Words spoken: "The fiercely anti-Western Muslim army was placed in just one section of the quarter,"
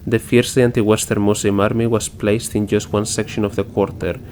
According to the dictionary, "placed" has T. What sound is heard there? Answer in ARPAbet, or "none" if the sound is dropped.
T